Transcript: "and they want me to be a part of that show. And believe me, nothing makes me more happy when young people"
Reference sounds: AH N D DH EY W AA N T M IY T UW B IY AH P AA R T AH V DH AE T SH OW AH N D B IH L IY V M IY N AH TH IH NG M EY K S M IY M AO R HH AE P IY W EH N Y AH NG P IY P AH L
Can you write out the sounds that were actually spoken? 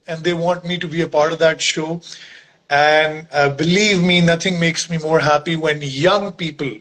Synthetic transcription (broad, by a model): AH N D EY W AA N T M IY T UW B IY AH P AA R T AH V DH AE T SH OW AH N D B IH L IY V M IY N AH T IH NG M EY K S M IY M AO R HH AE P IY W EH N Y AH NG P IY P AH L